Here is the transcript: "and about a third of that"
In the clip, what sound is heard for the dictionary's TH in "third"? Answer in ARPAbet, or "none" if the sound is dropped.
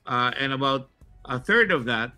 TH